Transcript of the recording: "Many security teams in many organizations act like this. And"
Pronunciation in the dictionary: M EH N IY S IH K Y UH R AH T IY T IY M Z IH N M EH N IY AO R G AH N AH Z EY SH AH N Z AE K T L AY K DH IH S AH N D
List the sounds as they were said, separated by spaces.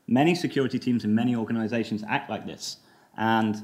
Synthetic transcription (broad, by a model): M EH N IY S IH K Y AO R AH T IY T IY M Z IH N M EH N IY AO G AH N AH Z EY SH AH N Z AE K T L AY K DH IH S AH N